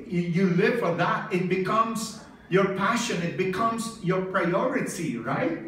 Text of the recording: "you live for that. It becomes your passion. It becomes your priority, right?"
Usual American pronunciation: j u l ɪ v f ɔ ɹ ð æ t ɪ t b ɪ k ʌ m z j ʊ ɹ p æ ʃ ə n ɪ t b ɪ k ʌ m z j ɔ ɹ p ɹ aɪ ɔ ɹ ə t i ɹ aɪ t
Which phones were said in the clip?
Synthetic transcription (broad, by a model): j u l ɪ v f ɔ ɹ ð æ t ɪ t b ɪ k ʌ m z j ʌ ɹ p æ ʃ ə n ɪ t b ɪ k ʌ m z j ɔ ɹ p ɹ aɪ ɔ ɹ ə t i ɹ aɪ t